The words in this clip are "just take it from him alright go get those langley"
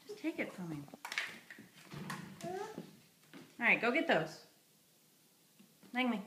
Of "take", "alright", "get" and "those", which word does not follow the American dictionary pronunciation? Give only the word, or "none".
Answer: alright